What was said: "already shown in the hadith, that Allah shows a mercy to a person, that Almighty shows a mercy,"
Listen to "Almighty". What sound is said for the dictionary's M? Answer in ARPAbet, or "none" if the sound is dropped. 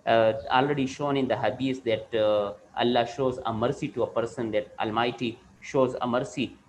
M